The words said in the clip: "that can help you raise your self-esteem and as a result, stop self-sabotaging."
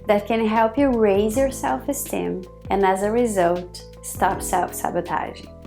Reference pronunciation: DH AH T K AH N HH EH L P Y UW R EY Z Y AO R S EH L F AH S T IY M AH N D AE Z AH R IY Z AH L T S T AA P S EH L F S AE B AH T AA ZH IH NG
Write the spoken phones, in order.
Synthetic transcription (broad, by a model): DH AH T K AH N HH EH L P Y UW R EY Z Y AO R S EH L F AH S T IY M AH N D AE Z AH R IY Z AH L T S T AA P S EH L F S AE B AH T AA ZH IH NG